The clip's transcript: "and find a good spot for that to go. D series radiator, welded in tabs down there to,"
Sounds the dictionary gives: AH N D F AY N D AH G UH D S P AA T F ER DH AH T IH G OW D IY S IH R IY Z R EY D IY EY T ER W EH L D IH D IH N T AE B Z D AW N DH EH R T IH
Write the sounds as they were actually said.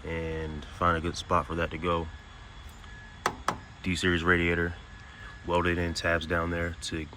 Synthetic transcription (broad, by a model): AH N F AY N D AH G UH D S P AA T F ER DH AH T IH G OW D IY S IH R IY Z R EY D IY EY T ER W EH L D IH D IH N T AE B Z D AW N DH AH R T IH